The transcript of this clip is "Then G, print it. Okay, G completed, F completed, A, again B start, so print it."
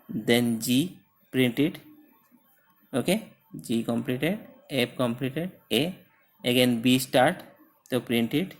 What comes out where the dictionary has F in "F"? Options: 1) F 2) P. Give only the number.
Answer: 2